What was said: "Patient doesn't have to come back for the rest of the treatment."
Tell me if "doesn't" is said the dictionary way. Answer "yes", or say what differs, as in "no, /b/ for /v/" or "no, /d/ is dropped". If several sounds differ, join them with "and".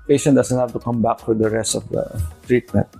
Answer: no, /s/ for /z/